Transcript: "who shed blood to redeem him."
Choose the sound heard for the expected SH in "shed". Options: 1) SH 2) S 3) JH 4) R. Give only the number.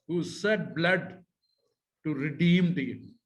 2